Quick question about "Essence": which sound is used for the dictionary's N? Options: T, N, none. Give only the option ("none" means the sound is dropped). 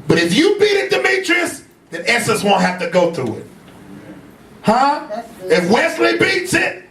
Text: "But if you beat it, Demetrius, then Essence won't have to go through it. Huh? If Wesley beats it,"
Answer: none